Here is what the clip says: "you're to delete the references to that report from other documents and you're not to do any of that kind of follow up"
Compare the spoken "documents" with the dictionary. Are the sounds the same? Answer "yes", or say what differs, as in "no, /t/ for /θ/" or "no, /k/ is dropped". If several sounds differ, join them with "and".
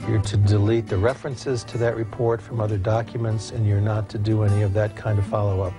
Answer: yes